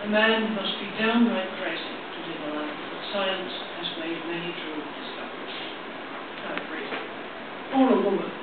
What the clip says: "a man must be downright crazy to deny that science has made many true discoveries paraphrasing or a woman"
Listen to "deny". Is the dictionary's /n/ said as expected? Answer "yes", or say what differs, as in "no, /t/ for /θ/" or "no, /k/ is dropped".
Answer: no, /l/ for /n/